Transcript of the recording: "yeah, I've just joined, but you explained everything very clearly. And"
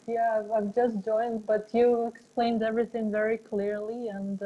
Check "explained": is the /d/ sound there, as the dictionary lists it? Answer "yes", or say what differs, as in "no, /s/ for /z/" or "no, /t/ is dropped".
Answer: yes